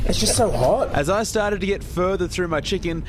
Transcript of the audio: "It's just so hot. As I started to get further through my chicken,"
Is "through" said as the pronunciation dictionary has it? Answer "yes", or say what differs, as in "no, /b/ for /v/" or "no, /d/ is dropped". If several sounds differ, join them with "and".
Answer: yes